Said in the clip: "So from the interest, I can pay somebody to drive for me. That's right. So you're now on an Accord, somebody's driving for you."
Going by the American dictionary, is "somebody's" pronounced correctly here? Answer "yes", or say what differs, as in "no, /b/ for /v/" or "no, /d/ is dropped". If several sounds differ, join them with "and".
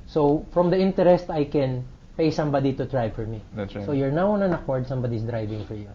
no, /s/ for /z/